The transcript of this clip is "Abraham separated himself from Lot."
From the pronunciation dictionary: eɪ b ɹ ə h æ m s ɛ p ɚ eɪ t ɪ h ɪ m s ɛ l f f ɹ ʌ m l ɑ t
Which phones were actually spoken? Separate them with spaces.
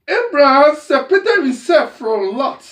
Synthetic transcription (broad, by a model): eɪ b ɹ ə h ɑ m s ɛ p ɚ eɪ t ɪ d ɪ s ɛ f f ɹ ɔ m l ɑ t